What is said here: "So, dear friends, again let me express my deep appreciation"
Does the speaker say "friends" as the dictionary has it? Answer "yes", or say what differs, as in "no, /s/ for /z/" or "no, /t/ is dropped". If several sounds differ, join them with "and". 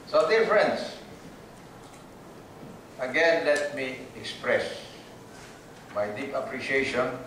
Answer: no, /s/ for /z/